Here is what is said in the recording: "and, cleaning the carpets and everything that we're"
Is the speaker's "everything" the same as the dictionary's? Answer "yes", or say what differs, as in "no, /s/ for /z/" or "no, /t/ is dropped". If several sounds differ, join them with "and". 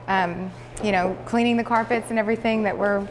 yes